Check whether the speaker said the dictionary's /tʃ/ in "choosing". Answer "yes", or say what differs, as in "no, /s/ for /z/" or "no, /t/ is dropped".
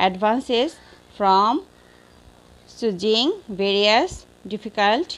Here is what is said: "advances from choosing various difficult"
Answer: no, /s/ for /tʃ/